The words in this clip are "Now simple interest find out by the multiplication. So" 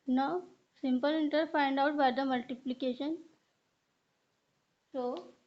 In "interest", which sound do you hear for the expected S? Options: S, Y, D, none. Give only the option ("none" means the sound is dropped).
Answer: none